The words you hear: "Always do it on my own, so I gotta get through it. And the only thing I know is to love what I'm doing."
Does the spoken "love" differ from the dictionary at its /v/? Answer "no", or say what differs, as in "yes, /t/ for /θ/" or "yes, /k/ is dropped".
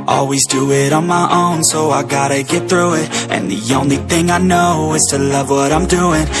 no